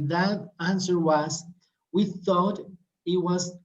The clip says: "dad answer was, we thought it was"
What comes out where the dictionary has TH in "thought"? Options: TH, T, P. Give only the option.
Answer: TH